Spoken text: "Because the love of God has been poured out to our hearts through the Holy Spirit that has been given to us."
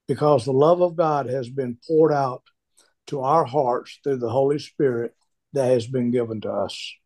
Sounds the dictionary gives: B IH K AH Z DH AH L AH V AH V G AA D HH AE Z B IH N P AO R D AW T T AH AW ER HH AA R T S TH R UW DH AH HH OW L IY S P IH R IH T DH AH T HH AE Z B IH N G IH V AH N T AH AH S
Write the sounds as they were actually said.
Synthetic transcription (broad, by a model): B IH K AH Z DH AH L AH V AH V G AA D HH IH Z B IH N P AO R D AW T T AH AW ER HH AA R T S TH R UW DH AH HH OW L IY S P IH R IH T DH AH T HH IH Z B IH N G IH V AH N T AH AH S